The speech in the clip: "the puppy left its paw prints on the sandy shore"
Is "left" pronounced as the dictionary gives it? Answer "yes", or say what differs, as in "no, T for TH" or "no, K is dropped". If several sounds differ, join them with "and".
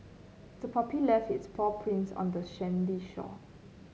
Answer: no, T is dropped